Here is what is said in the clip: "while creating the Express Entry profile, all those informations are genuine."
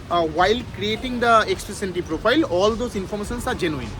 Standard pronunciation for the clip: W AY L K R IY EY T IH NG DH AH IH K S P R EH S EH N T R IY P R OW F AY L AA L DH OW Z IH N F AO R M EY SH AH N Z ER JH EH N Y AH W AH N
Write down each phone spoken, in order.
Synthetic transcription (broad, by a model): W AY L K R IY EY T IH NG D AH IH K S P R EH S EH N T IY P R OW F AY L AA L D OW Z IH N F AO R M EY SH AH N S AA JH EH N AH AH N